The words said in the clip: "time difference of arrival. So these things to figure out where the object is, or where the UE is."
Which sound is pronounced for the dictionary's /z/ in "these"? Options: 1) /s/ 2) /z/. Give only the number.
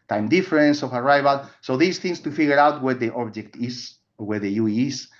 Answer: 1